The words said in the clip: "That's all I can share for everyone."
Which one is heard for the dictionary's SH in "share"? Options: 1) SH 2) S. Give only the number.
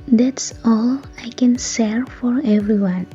2